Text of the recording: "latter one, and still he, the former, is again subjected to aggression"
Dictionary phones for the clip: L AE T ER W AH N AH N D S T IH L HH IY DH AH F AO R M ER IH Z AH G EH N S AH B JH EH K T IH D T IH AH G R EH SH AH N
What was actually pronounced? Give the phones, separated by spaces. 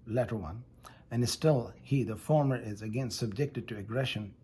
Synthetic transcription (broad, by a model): L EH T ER W AH N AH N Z S T IH L HH IY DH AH F AO R M ER IH Z AH G EH N S AH B JH EH K T IH D T IH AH G R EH SH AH N